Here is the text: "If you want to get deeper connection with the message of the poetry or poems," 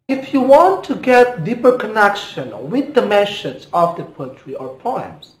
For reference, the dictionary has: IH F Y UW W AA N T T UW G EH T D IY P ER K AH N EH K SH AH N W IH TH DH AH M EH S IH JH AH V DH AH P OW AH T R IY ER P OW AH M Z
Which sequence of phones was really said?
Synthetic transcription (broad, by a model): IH F Y UW W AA N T T UW G EH T D IY P ER K AH N EH K SH AH N W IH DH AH M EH SH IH Z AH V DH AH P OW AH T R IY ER P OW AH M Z